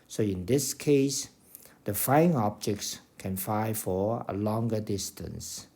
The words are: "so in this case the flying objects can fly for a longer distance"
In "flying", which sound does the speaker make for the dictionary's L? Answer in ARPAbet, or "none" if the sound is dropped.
none